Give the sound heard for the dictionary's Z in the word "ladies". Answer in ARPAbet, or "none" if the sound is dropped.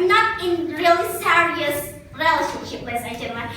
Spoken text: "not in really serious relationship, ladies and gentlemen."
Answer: none